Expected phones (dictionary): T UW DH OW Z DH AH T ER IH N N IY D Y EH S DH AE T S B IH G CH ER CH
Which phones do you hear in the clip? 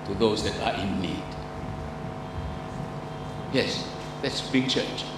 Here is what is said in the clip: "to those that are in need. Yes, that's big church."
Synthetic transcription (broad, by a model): T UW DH OW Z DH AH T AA IH N L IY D Y EH S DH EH T S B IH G CH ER CH